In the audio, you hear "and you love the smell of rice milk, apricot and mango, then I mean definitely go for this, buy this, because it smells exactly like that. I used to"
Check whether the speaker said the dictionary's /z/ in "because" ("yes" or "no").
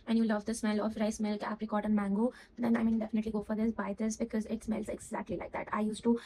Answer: yes